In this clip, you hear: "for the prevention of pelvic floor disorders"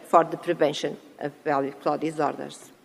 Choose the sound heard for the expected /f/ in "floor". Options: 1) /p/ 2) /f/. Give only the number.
1